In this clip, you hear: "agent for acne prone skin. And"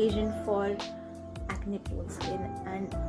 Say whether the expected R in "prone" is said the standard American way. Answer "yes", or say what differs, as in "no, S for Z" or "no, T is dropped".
no, R is dropped